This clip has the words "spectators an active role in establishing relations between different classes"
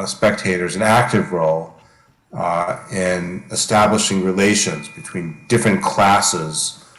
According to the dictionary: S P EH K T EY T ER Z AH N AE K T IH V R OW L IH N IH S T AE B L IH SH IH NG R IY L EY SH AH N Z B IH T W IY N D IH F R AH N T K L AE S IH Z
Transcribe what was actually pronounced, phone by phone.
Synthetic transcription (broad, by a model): S P EH K T EY T ER Z AH N AE K T IH V R OW L IH N IH S T AE B L IH SH IH NG R IY L EY SH AH N Z B IH T W IY N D IH F R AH N K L AE S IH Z